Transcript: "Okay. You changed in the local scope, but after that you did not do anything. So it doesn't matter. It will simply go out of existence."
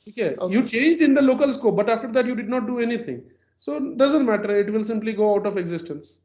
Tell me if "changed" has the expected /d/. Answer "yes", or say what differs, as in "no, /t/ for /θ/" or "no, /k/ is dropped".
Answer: yes